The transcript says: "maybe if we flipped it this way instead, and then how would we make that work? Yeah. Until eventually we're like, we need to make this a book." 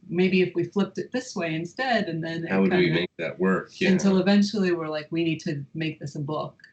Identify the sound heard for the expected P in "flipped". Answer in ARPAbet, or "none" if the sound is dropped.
P